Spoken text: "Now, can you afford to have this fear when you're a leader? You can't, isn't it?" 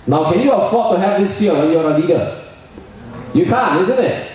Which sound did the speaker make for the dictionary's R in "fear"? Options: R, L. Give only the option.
L